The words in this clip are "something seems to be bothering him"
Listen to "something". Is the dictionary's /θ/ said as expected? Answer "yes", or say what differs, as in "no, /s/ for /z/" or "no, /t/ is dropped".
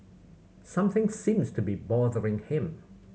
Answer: yes